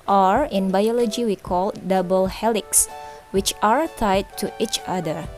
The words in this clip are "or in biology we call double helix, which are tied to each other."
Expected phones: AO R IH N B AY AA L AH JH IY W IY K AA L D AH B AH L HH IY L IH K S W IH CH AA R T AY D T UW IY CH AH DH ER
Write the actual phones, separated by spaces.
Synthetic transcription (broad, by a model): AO R IH N B AY AA L AH JH IY W IY K AA L D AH B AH L HH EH L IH K S W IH CH AA R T AY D T UW IY CH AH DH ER